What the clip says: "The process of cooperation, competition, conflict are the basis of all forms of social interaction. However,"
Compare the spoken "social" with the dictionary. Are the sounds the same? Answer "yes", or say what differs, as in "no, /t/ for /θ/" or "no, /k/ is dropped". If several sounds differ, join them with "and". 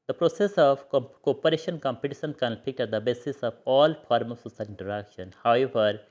no, /s/ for /ʃ/